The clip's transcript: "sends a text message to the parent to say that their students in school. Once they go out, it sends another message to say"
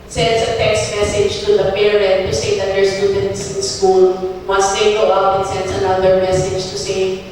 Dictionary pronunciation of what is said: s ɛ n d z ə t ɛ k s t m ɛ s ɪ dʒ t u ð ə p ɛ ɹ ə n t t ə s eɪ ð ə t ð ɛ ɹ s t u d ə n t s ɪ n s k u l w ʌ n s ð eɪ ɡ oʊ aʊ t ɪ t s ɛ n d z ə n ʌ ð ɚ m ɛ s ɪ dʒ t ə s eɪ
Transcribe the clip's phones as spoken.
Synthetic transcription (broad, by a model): s ɛ n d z ə t ɛ k s t m ɛ s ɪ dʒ t u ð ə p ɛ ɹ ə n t t ə s eɪ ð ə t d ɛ ɹ s t u d ə n t s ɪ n s k u l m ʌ s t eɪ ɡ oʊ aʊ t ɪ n s ɛ n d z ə n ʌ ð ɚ m ɛ s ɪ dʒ t ə s eɪ